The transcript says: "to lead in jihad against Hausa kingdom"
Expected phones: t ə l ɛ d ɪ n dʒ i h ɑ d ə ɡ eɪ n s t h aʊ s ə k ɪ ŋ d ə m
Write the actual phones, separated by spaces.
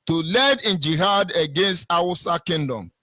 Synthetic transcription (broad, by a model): t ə l ɛ d ɪ n dʒ i h ɑ d ə ɡ eɪ n s t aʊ s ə k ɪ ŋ d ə m